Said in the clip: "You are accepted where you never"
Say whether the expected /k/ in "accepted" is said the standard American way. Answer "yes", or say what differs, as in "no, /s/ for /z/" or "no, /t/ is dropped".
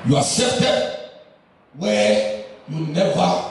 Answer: no, /k/ is dropped